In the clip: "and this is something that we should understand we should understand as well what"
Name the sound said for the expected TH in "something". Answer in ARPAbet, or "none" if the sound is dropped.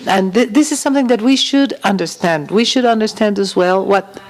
TH